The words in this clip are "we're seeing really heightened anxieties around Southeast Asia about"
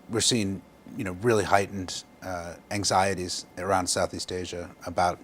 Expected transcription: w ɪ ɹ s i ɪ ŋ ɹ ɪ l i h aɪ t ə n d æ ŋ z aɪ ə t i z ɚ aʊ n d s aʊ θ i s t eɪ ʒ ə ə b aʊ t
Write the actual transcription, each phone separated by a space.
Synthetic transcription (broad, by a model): w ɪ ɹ s i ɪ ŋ ɹ ɪ l i h aɪ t n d æ ŋ z aɪ ə t i z ɚ aʊ n d s aʊ θ i s t eɪ ʒ ə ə b aʊ t